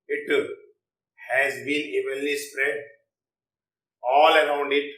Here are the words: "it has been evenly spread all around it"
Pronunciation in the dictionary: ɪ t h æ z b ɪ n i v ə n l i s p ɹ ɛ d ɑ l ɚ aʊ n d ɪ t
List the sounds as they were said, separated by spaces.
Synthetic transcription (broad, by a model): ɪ t h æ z b ɪ n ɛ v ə l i s p ɹ ɛ d ɑ l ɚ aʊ n d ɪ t